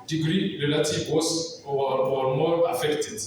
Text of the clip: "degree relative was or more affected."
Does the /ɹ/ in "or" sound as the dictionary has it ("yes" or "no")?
no